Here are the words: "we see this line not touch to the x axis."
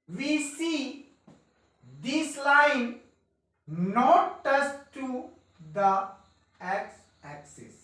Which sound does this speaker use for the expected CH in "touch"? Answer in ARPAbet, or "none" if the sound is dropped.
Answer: S